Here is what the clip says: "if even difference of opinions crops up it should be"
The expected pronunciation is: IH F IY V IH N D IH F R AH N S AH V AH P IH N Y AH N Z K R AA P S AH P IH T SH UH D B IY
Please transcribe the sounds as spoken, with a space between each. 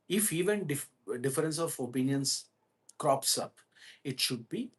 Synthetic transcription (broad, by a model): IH F IY V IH N D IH F R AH N S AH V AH P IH N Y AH N S K R AA P S AH P IH T SH UH D B IY